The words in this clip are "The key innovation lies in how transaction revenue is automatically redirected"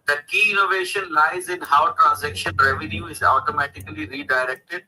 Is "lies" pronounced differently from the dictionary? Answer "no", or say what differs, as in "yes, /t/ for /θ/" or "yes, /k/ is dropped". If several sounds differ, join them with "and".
no